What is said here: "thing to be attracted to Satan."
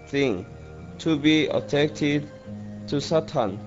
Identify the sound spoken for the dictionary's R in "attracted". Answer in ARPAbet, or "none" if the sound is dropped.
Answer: none